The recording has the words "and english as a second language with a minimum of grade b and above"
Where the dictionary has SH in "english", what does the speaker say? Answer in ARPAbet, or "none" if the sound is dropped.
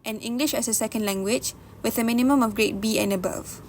SH